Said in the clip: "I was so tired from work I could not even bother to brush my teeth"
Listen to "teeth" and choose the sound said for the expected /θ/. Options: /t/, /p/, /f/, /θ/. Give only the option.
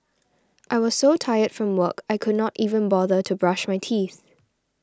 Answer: /θ/